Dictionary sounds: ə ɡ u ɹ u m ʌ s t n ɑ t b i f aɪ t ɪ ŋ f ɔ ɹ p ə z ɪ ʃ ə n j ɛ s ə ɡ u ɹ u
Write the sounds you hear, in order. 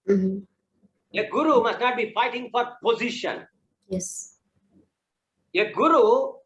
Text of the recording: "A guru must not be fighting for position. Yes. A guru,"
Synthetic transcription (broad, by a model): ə ɡ u ɹ u m ʌ s t n ɑ t b i f aɪ t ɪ ŋ f ɔ ɹ p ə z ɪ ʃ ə n j ɛ s ə ɡ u ɹ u